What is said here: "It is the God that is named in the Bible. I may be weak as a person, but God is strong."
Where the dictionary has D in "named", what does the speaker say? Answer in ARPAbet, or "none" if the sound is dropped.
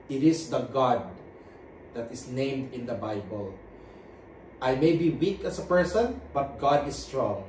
D